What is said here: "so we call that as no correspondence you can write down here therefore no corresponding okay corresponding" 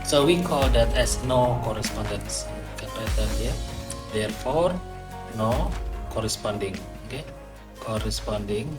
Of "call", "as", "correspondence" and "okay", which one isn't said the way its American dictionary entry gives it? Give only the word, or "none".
as